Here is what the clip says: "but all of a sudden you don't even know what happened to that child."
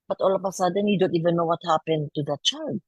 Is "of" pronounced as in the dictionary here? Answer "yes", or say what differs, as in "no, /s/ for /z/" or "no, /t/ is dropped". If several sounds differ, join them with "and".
no, /p/ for /v/